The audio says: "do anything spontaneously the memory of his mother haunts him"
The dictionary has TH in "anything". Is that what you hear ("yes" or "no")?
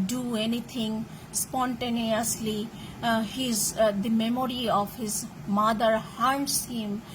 no